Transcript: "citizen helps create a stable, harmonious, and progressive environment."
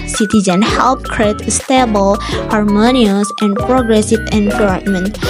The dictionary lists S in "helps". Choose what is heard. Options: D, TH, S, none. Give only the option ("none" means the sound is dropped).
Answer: none